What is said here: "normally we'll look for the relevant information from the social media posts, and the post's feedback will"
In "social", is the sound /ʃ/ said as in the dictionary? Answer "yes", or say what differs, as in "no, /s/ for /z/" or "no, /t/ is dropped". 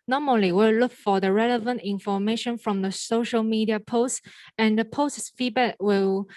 yes